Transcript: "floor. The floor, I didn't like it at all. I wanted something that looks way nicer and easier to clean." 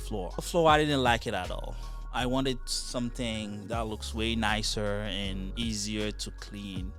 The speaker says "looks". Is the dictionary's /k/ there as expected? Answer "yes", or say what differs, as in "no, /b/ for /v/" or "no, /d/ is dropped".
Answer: yes